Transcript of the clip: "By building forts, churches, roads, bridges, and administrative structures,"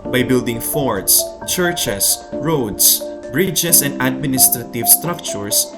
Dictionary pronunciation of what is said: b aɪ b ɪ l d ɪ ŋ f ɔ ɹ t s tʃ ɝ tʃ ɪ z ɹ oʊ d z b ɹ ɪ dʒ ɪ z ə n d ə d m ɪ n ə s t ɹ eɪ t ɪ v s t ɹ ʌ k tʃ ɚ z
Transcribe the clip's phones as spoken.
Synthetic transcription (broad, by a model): b aɪ b ɪ l d ɪ ŋ f ɔ ɹ t s tʃ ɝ tʃ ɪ s ɹ oʊ d s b ɹ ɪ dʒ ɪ s ə n d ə d m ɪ n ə s t ɹ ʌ t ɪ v s t ɹ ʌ k tʃ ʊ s